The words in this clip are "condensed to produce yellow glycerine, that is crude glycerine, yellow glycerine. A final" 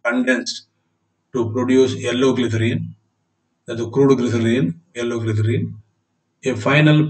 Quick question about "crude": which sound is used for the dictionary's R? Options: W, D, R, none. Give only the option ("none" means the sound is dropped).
R